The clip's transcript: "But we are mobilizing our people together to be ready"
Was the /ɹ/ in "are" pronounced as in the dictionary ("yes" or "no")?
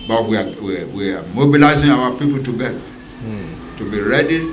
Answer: no